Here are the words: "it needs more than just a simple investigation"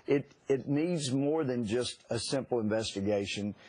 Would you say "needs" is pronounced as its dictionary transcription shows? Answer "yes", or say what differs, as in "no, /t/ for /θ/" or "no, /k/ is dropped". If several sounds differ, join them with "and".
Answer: yes